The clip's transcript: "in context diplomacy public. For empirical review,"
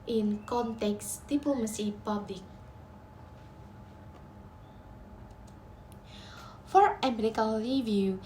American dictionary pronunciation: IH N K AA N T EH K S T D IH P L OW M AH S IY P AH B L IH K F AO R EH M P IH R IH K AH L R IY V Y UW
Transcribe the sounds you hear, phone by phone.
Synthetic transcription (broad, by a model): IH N K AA N T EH K S D IH P L OW M AH S IY P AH B L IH K F AO R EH M EH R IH K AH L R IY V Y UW